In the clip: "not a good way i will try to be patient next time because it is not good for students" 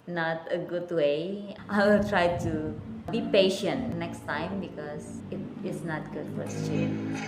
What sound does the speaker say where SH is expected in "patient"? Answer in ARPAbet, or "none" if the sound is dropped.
SH